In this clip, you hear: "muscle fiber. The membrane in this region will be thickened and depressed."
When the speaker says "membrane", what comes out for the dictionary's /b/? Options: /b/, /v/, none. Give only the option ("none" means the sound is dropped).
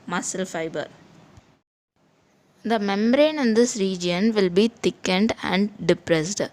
none